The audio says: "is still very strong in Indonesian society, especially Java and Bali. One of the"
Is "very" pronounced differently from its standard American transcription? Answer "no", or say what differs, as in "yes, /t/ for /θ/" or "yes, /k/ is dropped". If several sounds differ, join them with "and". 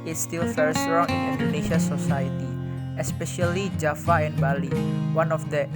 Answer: yes, /f/ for /v/